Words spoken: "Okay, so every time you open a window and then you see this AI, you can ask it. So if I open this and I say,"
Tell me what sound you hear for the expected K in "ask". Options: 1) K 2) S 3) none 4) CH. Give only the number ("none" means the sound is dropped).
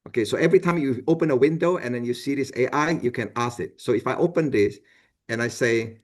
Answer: 3